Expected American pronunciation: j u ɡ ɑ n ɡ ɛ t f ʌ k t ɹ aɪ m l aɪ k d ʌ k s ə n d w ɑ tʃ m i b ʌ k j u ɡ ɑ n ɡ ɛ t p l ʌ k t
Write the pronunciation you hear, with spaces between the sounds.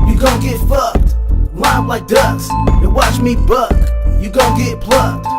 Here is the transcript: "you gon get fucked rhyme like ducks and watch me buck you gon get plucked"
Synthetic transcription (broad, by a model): j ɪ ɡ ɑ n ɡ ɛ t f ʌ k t w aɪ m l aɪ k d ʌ s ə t w ɑ tʃ m i b ʌ k j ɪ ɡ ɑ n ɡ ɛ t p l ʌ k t